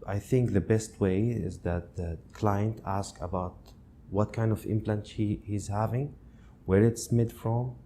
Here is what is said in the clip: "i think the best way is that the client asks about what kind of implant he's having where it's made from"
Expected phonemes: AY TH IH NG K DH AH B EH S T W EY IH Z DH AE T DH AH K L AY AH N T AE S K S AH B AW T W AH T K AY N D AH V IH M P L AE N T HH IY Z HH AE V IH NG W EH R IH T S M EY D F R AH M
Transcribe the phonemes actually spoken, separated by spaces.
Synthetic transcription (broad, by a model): AY TH IH NG K DH AH B EH S T W EY IH Z DH AE T DH AH K L AY AH N T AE S K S AH B AW T W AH T K AY N D AH V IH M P L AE N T HH IY Z HH AE V IH NG W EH R IH T S M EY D F R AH M